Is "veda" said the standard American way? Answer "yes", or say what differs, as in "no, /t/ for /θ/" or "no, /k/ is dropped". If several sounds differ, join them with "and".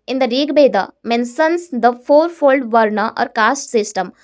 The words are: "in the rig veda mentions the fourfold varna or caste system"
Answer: no, /b/ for /v/